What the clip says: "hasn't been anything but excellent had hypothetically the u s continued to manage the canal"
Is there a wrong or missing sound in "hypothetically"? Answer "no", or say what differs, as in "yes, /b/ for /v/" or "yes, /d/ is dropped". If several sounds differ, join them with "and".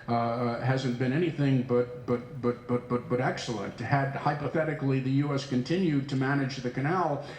no